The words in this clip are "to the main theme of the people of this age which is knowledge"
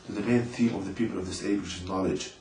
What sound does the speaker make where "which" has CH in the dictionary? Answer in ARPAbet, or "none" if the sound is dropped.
SH